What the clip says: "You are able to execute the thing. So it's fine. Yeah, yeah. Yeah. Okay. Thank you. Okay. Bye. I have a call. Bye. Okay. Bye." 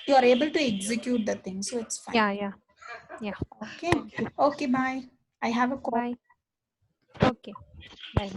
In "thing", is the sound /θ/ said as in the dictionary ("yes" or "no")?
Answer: no